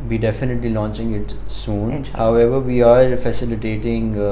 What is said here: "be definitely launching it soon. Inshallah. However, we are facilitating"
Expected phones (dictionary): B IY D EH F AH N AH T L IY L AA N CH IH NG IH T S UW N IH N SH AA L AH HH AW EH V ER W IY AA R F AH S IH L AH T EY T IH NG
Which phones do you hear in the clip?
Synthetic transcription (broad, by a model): B IY D EH F AH N AH T L IY L AA N CH IH NG IH T S UW N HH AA AH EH V ER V IY AA R F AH S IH L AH T EY T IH NG